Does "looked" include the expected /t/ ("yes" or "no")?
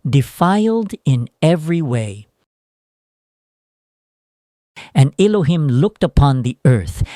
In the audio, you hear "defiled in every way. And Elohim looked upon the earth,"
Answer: yes